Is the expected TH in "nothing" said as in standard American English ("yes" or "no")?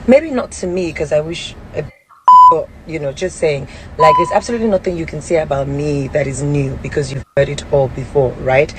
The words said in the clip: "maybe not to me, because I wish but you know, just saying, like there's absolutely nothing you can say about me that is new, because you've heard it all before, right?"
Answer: yes